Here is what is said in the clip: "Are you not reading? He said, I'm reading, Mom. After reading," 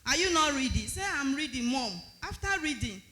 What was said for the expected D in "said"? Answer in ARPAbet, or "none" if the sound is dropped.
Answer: none